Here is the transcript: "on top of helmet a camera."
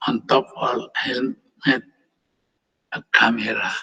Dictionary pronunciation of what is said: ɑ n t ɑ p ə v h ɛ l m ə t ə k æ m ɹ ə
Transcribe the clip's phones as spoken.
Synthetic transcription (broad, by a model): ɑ n t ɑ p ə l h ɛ n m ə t ə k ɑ m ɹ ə